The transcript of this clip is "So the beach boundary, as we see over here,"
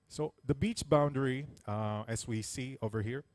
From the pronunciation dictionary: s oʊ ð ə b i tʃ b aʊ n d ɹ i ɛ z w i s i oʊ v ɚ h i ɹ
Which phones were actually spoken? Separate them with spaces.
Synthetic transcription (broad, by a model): s oʊ ð ə b i tʃ b aʊ n d ɹ i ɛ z w i s i oʊ v ɚ h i ɹ